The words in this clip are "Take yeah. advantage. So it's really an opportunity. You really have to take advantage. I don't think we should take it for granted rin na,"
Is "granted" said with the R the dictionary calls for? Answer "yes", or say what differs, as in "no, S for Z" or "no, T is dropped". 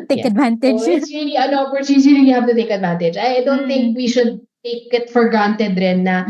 no, R is dropped